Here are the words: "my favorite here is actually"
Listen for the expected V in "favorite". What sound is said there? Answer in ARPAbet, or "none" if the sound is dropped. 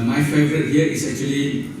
V